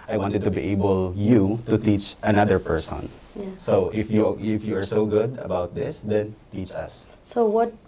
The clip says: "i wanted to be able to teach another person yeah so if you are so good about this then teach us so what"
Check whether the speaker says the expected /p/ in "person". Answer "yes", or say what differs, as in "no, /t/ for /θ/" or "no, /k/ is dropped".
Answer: yes